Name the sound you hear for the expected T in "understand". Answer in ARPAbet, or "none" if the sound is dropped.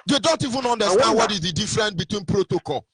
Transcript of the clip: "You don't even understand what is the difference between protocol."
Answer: S